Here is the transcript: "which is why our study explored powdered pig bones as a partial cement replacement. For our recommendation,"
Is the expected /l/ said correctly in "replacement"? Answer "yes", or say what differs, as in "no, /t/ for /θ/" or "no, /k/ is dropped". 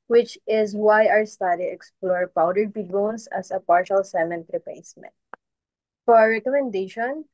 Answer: no, /l/ is dropped